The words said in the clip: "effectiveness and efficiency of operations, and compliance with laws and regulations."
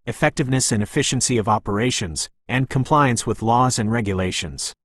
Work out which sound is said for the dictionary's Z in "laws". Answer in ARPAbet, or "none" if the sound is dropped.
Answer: Z